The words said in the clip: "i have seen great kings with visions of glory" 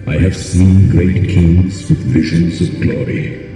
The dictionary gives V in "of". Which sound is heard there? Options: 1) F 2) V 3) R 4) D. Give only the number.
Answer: 2